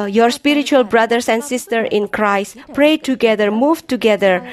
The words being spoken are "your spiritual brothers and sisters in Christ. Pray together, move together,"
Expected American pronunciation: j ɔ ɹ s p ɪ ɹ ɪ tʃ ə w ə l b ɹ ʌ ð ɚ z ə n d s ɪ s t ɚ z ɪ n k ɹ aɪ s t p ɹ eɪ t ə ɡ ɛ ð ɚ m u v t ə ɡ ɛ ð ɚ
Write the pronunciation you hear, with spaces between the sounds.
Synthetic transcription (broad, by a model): j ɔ ɹ s p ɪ ɹ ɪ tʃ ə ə l b ɹ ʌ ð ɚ s ə n d s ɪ s t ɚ ɪ n k ɹ aɪ s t p ɹ eɪ t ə ɡ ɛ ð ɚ m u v t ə ɡ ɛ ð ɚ